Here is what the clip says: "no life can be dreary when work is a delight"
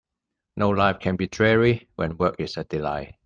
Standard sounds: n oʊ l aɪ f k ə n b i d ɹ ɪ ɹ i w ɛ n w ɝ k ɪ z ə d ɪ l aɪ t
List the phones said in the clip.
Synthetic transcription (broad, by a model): n oʊ l aɪ f k ə n b i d ɹ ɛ ɹ i w ɛ n w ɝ k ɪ s ə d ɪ l aɪ